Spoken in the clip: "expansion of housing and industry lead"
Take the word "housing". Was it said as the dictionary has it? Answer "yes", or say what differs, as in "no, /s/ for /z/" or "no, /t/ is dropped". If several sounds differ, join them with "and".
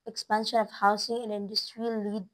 no, /s/ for /z/